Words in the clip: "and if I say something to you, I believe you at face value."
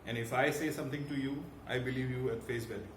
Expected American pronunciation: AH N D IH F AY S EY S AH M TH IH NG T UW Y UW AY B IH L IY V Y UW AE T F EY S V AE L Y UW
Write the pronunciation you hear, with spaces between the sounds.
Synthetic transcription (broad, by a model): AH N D IH F AY S EY S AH M T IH NG T UW Y UW AY B IH L IY V Y UW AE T F EY S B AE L